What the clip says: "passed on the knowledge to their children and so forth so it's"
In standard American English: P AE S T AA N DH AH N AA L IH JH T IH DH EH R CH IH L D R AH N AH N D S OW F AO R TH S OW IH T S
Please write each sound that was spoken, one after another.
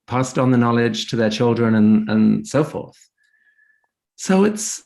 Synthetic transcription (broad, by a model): P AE S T N DH AH N AA L IH JH T IH DH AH R CH IH L D R AH N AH N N S OW F AO R TH S OW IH T S